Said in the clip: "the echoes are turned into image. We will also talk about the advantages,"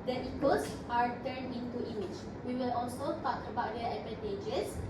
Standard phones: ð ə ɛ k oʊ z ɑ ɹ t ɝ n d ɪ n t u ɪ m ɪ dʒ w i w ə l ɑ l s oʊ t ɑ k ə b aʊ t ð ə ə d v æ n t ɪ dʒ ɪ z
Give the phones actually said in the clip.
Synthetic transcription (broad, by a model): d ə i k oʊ s ɑ ɹ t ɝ n ɪ n t u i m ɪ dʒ w i w ə l ɑ l s oʊ t ɑ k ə b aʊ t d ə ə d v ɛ n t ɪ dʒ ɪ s